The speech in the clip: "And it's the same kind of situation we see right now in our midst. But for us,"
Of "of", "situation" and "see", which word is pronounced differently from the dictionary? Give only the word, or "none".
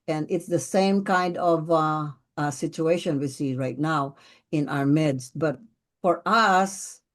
none